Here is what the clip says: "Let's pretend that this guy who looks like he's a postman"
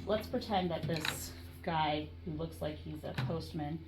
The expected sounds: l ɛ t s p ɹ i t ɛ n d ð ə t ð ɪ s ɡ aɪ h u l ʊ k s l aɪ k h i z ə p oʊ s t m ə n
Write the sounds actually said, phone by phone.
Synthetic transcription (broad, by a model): l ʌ t s p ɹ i t ɛ n ð ə t ð ɪ s ɡ aɪ h u l ʊ k s l aɪ k h i z ə p oʊ s t m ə n